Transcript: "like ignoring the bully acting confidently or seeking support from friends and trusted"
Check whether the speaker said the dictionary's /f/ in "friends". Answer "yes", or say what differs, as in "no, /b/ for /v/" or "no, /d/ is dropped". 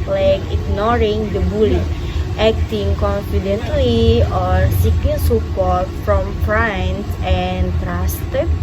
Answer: no, /p/ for /f/